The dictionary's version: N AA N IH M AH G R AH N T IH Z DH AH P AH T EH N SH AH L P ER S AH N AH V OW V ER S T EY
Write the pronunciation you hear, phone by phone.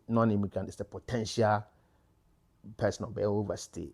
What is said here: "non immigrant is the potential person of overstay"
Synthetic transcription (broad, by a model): N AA N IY M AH G R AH N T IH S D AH P AH T EH N SH AH L P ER S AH N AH B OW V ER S T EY